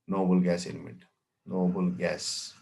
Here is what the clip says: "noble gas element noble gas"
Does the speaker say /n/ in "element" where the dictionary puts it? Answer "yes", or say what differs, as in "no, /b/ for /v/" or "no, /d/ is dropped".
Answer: no, /n/ is dropped